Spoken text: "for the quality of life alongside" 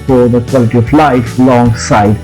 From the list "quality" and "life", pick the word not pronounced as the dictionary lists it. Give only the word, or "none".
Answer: none